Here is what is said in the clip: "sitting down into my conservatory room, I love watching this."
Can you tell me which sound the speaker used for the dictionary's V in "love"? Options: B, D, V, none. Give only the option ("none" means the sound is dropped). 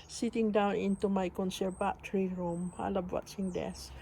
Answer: B